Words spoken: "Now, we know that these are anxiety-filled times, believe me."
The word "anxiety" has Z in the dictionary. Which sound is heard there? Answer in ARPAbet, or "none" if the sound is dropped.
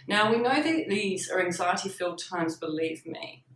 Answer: Z